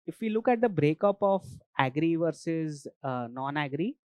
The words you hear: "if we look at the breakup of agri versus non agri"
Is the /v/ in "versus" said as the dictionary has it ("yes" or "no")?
yes